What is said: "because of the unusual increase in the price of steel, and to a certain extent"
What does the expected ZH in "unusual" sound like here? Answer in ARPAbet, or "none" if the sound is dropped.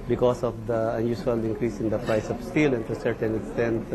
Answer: S